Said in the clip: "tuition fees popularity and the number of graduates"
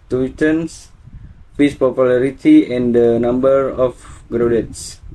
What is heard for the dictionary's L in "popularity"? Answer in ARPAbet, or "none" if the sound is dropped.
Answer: L